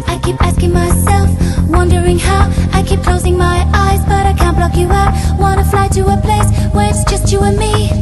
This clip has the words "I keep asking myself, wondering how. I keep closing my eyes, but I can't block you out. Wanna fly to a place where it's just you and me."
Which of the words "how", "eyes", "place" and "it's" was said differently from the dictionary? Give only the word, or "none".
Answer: none